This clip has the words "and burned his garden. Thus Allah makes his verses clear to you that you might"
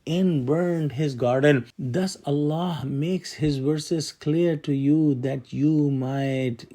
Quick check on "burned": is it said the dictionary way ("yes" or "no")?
yes